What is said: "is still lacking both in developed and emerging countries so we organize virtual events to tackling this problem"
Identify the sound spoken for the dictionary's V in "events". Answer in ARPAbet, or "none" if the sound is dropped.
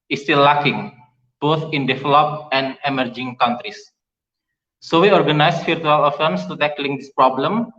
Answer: F